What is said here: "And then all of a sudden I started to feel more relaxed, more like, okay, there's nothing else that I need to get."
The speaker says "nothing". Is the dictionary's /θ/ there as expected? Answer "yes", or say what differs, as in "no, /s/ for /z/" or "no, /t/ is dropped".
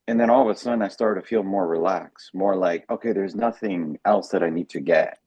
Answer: yes